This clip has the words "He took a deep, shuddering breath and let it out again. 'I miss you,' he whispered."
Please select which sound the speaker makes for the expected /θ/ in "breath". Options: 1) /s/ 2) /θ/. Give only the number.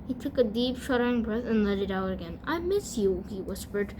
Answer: 2